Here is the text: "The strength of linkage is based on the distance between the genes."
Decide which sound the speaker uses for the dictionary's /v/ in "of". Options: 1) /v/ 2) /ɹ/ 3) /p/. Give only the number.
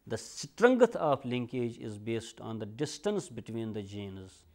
3